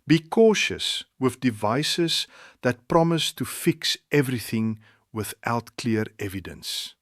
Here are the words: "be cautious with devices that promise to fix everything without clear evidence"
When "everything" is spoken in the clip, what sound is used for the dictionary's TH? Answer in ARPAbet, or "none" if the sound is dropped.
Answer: TH